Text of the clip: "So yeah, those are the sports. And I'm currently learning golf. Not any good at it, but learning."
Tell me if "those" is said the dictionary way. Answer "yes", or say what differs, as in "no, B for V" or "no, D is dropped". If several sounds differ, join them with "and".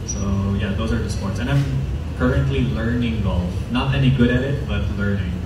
yes